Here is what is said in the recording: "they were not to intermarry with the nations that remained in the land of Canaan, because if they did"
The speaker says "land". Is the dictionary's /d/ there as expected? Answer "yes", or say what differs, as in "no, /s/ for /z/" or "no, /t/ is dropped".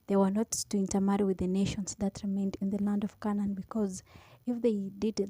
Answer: yes